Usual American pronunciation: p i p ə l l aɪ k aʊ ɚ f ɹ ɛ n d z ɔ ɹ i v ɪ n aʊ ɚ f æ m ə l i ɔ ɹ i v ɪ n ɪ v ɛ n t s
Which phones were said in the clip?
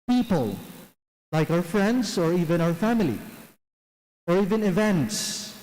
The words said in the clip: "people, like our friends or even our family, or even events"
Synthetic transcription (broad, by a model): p i p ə l l aɪ k aʊ ɚ f ɹ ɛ n d s ɔ ɹ i v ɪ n aʊ ɚ f æ m ə l i ɔ ɹ i v ɪ n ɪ v ɛ n t s